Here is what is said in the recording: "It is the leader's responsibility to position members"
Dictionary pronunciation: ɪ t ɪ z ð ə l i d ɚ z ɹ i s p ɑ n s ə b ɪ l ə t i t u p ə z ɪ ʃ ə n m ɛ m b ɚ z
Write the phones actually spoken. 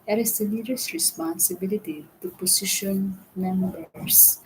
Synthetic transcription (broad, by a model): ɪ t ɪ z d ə n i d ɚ s ɹ i s p ɑ n s ə b ɪ l ə t i t u p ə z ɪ ʃ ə n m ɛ m b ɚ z